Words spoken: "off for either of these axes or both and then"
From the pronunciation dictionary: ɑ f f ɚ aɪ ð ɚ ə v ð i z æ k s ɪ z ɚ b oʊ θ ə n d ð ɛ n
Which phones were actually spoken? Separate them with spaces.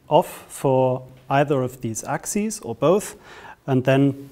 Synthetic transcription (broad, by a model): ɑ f f ɚ aɪ ð ɚ ə v ð i z æ k s ɪ z ɚ b oʊ θ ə n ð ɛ n